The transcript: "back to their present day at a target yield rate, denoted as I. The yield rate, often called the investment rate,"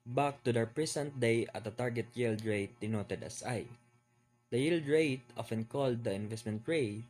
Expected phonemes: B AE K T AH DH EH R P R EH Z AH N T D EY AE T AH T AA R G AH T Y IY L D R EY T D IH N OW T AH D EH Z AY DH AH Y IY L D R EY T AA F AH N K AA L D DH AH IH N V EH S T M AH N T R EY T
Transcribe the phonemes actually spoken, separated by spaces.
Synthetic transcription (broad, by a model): B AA K T AH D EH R P R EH S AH N T D EY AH T AH T AA R G AH T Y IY L D R EY T D IH N OW T AH D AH S AY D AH Y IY L D R EY T AA F AH N K AA L D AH IH N V EH S T M AH N T R EY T